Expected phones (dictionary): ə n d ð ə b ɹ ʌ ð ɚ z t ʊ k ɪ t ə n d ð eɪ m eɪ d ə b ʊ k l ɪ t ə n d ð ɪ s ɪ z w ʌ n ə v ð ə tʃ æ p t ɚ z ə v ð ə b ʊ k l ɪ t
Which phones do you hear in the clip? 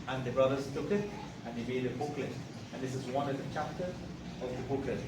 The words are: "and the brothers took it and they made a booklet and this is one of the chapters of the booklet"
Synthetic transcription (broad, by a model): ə n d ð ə b ɹ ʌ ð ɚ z t ʊ k ɪ t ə n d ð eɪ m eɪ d ə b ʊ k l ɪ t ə n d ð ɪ s ɪ z w ʌ n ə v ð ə tʃ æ p t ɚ ə v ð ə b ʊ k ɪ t